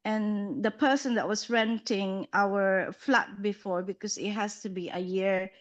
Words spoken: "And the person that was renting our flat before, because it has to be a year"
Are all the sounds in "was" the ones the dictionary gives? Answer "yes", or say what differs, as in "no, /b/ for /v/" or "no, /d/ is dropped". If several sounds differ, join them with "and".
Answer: no, /s/ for /z/